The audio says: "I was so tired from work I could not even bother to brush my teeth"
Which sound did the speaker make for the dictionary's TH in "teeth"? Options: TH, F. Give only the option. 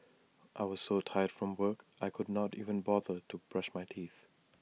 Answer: TH